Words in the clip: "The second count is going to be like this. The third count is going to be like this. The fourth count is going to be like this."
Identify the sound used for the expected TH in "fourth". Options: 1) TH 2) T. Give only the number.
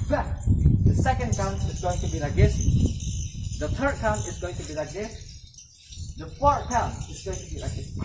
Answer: 2